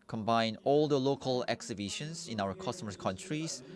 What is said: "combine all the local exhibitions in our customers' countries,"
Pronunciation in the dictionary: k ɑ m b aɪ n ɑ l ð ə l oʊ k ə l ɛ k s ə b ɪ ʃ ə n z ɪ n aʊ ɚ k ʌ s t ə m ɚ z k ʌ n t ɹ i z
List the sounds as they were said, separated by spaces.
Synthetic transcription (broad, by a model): k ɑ m b aɪ n ɑ l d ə l oʊ k ə l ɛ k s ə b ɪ ʃ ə n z ɪ n aʊ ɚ k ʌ s t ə m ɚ k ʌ n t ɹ i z